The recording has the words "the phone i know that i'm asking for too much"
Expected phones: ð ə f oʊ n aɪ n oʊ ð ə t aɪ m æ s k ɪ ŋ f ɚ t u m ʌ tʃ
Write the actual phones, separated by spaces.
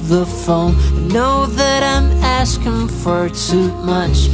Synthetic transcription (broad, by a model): ð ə f oʊ ʊ n oʊ ð ə t aɪ m æ s k ɪ ŋ f ɚ t u m ʌ tʃ